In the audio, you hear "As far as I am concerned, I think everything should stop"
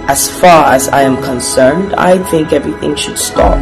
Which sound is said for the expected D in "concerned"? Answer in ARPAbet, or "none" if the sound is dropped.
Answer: D